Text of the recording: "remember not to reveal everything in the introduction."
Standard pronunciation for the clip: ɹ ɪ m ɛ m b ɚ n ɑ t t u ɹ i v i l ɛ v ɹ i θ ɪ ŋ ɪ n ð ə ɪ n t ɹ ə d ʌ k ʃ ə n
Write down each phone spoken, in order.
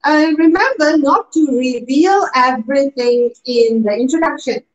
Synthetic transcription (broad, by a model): ɹ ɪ m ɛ m b ɚ n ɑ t t u ɹ i v i l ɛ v ɹ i t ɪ ŋ ɪ n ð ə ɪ n t ɹ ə d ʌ k ʃ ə n